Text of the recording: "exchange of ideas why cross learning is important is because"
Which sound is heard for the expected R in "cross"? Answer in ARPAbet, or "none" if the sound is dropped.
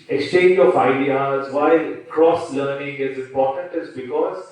R